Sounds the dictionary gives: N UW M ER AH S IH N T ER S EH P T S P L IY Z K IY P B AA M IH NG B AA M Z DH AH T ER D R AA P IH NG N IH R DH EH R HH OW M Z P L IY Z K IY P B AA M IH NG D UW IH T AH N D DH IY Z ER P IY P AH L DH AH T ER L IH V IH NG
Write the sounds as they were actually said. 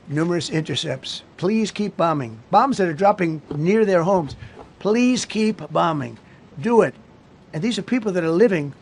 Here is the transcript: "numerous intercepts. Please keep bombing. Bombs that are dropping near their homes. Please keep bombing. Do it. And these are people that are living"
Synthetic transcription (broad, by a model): N UW M ER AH S IH N T ER S EH P T S P L IY Z K IY P B AA M IH NG B AA M Z DH AH T ER D R AA P IH NG N IH R DH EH R HH OW M Z P L IY Z K IY P B AA M IH NG D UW IH T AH N DH IY Z ER P IY P L DH AH T ER L IH V IH NG